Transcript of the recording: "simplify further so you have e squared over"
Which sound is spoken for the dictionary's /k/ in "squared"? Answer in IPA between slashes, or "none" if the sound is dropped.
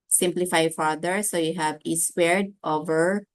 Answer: none